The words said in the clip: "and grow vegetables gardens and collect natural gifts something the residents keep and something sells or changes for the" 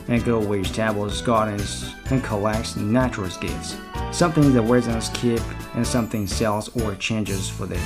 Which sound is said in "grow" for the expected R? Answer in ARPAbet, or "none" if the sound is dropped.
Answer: none